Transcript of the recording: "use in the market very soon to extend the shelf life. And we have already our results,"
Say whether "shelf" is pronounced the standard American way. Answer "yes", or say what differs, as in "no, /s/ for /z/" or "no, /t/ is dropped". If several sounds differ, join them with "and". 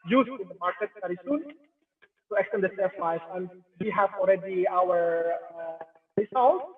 no, /s/ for /ʃ/ and /l/ is dropped